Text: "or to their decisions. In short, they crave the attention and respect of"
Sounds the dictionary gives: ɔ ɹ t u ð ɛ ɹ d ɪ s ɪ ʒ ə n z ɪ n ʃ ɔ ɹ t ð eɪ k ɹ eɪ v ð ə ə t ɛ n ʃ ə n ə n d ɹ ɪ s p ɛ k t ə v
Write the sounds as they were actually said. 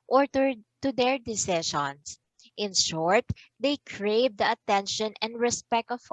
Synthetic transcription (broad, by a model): ɔ ɹ t u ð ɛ ɹ d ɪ s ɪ ʃ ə n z ɪ n ʃ ɔ ɹ t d eɪ k ɹ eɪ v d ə ə t ɛ n ʃ ə n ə n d ɹ ɪ s p ɛ k t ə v